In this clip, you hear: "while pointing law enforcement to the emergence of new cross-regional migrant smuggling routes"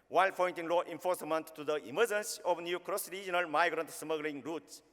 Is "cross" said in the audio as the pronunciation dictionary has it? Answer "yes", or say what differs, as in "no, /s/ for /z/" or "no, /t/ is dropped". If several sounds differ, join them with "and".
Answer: yes